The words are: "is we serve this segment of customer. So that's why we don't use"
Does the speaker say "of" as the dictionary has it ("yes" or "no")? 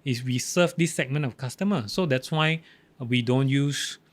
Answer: no